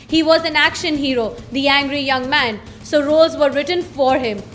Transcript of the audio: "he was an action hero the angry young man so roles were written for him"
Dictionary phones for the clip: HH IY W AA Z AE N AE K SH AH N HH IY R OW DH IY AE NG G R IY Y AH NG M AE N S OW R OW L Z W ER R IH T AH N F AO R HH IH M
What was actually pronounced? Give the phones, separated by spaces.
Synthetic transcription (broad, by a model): HH IY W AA Z AE N AE K SH AH N HH IY R OW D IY AE NG G R IY Y AH NG M AE N S OW R OW Z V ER R IH T AH N F AO R HH IH M